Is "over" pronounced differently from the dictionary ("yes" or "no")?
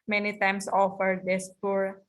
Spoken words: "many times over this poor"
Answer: yes